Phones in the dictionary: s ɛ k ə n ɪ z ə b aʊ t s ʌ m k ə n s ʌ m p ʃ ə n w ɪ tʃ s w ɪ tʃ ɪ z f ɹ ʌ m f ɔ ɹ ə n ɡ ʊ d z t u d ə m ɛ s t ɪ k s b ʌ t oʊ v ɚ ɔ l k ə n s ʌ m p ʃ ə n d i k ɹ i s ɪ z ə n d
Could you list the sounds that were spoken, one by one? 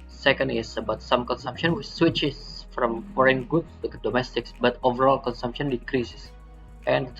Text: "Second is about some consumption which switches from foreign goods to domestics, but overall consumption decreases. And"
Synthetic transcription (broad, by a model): s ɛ k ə n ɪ s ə b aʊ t s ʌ m k ə n s ʌ m p ʃ ə n w ɪ tʃ s w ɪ tʃ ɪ s f ɹ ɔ m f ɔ ɹ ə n ɡ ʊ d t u d ə m ɛ s t ɪ k s b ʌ t oʊ v ɚ ɔ l k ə n s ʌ m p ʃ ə n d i k ɹ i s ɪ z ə n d